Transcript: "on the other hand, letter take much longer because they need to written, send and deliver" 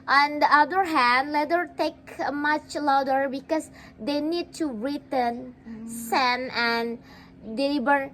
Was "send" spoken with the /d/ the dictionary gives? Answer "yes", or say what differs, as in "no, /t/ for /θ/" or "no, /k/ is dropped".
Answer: no, /d/ is dropped